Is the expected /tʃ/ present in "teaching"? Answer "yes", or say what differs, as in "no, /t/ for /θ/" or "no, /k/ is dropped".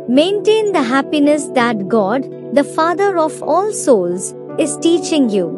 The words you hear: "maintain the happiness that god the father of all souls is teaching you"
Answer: yes